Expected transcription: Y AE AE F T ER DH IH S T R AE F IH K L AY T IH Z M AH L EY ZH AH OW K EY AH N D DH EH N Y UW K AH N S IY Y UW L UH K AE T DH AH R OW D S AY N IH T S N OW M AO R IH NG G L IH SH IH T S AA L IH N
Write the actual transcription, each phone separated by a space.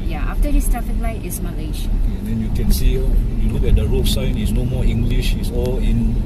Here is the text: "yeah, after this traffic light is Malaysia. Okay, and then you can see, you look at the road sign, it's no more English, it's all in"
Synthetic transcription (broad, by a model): Y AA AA F T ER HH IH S T AA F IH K L AY T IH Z M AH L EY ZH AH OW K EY AH N D EH N Y UW K AH N S IY Y UW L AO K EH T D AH R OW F S AY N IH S N OW M AO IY NG G L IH SH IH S AA L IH N